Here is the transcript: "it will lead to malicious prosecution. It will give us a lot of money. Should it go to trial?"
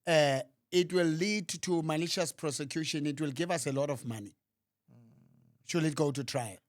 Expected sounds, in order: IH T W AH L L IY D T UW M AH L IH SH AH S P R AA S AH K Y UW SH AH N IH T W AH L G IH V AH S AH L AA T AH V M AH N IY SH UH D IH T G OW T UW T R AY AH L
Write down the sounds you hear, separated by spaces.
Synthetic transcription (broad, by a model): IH T W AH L L IY D T UW M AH N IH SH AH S P R AA S AH K Y UW SH AH N IH T W AH L G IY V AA S AH L AA T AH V M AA N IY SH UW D IH T G OW T UW T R AY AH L